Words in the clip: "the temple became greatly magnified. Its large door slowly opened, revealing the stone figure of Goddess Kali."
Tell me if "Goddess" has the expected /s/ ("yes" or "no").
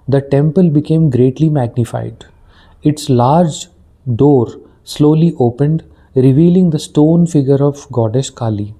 no